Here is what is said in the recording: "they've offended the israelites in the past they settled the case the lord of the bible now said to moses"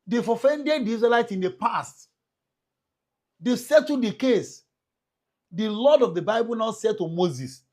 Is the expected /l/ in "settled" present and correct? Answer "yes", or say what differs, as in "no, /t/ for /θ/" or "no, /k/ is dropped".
no, /l/ is dropped